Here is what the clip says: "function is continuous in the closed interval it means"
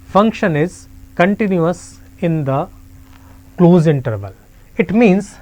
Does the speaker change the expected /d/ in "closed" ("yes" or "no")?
yes